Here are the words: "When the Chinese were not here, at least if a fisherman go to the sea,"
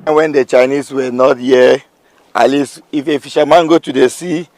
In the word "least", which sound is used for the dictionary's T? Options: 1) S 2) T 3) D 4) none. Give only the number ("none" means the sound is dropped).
4